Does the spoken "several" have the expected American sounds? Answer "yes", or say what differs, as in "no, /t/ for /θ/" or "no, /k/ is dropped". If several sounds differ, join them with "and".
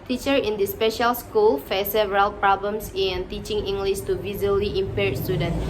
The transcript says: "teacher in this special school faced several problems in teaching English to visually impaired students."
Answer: no, /v/ is dropped